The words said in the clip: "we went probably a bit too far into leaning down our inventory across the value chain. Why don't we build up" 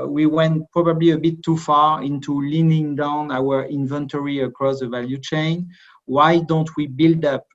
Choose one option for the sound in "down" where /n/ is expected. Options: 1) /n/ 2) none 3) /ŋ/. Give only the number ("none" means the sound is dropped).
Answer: 1